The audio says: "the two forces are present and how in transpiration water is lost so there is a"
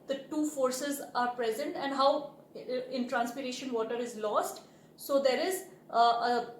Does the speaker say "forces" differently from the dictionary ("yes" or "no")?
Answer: no